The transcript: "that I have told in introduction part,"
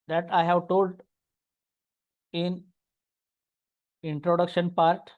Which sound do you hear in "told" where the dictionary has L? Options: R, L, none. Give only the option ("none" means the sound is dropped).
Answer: L